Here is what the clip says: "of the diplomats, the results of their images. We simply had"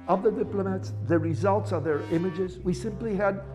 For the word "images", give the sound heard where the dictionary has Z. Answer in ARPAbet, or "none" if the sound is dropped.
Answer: Z